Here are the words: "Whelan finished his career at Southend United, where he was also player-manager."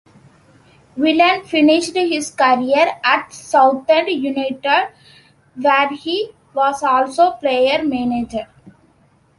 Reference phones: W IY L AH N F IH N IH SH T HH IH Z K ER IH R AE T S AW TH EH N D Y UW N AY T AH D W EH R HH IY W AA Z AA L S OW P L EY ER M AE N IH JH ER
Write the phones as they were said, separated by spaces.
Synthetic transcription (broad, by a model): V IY L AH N F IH N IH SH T HH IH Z K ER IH R AE T S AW T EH N D Y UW N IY T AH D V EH R HH IY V AA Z AA L S OW P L EY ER M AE N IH JH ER